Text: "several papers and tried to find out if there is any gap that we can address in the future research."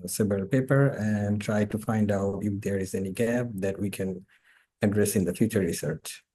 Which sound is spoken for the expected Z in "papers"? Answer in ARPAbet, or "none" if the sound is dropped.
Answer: none